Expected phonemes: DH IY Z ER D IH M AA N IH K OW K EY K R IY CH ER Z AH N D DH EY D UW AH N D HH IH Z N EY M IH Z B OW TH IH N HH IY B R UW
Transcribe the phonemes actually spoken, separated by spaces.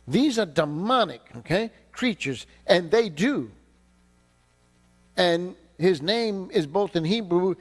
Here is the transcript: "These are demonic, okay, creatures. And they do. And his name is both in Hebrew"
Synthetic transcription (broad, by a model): DH IY Z ER D IH M AA N IH K OW K EY K R IY CH ER Z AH N DH EY D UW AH N HH IH Z N EY M IH Z B OW TH IH N HH IY B R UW